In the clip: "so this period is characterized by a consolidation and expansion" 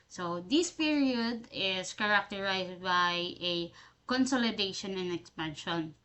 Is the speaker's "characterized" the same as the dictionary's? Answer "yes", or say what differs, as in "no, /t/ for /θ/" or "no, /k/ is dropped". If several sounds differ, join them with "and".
no, /s/ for /z/